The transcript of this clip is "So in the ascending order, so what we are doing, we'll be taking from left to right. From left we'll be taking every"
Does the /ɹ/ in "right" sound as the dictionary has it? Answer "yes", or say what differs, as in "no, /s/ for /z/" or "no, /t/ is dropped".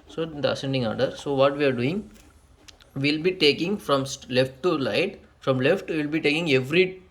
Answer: no, /l/ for /ɹ/